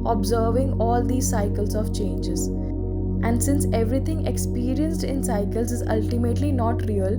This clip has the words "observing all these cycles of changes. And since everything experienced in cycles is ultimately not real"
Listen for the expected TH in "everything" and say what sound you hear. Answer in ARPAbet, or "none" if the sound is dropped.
T